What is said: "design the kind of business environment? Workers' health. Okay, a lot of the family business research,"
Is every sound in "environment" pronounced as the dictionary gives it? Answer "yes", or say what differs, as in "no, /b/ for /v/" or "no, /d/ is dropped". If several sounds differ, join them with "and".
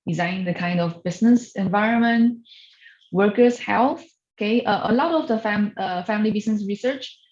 yes